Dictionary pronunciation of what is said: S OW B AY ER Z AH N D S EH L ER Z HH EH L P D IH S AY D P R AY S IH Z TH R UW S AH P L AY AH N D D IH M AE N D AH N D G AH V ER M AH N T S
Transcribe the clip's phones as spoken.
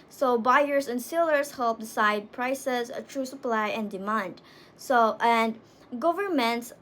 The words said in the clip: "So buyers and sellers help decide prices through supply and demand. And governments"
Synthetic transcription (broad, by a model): S OW B AY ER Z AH N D S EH L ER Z HH EH L P D IH S AY D P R AY S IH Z T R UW S AH P L AY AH N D D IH M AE N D AH N D G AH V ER M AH N T S